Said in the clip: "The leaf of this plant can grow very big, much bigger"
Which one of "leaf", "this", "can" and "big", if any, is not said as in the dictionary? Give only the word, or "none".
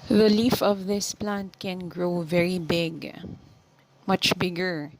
none